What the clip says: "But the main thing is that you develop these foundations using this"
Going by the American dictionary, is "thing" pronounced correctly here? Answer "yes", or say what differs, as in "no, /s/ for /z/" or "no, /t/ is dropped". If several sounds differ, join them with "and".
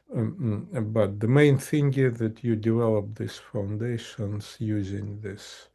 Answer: yes